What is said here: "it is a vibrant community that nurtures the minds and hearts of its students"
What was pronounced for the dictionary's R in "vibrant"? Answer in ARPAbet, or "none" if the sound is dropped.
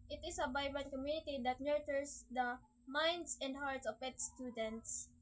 none